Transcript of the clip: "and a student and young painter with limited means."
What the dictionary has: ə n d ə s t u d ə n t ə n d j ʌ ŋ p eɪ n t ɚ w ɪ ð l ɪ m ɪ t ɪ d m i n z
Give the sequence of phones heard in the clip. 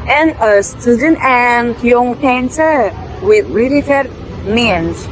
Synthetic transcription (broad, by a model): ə n ə s t u d ə n t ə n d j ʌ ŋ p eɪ n s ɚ w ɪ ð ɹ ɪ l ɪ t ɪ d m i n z